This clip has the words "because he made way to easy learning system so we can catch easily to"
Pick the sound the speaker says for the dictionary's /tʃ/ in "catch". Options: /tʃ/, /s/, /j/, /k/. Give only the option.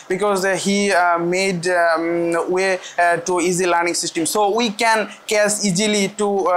/s/